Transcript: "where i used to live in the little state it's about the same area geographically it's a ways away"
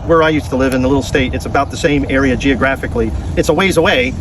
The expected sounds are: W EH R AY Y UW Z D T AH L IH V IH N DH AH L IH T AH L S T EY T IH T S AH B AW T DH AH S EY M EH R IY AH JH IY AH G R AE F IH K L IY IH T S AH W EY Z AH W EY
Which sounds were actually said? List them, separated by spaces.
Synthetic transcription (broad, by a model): W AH R AY Y UW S T AH L IH V IH N DH AH L IH T L S T EY T IH T S AH B AW T DH AH S EY M EH R IY AH JH IY AH G R AE F IH K L IY IH T S AH W EY Z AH W EY